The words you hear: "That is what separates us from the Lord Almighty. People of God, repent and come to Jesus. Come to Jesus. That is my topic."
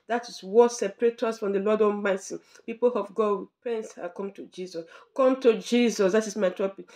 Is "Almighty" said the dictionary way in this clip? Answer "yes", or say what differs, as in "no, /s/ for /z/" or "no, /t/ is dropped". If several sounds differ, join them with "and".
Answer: no, /l/ is dropped